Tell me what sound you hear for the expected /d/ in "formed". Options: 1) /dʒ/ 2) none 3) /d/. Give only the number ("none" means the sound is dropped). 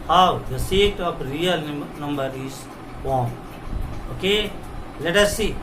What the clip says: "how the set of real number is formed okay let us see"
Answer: 2